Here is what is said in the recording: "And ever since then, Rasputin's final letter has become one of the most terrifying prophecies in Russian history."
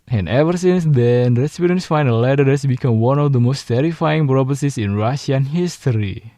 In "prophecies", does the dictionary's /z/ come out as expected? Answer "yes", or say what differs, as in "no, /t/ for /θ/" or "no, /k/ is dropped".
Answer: no, /s/ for /z/